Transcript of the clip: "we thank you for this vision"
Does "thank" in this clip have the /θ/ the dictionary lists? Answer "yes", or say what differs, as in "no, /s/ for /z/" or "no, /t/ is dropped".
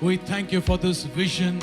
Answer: yes